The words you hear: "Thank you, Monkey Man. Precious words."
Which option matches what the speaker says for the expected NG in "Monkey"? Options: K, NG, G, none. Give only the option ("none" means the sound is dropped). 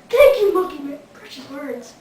none